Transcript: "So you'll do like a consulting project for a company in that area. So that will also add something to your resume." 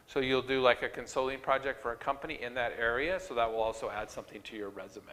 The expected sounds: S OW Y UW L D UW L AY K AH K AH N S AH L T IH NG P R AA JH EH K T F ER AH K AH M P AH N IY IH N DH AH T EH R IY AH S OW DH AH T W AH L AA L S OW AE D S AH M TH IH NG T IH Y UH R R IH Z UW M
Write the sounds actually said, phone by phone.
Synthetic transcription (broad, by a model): S OW Y UW L D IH L AY K AH K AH N S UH L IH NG P R AA JH EH K T F ER AH K AH M P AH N IY IH N DH AH T EH R IY AH S OW DH AH T W AH L AA L S OW AE D S AH M TH IH NG T IH Y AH R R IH Z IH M